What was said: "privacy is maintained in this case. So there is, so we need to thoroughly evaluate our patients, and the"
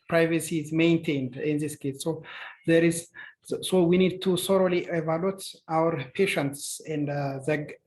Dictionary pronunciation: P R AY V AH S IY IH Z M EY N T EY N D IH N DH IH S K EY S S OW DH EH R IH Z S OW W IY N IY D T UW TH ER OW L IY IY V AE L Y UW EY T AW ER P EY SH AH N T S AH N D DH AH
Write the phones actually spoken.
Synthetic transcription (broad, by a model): P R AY V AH S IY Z M EY N T EY N D IH N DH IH S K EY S S OW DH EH R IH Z S OW W IY N IY D T UW S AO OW L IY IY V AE L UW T AW ER P EY SH AH N T S AH N D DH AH